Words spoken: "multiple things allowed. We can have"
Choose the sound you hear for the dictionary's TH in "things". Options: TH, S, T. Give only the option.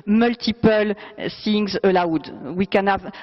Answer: S